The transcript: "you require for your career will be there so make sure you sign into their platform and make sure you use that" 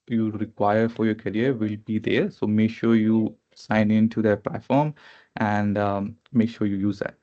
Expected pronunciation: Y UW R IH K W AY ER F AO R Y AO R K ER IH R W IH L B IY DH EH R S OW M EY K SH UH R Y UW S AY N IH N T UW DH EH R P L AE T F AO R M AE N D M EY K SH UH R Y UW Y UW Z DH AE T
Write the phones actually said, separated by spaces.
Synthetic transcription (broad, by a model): Y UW R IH K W AY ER F AO R Y AO R K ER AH R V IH L B IY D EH R S OW M EY K SH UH R Y UW S AY N IH N T UW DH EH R P L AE T F AO R M AE N D M EY K SH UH R Y UW Y UW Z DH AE T